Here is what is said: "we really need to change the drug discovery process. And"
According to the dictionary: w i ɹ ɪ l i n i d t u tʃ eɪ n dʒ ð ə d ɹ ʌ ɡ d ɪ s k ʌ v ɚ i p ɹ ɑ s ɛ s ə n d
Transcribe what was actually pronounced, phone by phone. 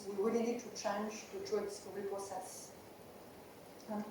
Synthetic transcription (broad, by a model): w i w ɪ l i n i d t u tʃ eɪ n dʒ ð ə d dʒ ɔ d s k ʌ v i p ɹ ɑ s ɛ s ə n